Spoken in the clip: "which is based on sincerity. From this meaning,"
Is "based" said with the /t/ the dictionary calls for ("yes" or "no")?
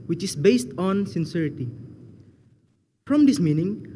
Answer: yes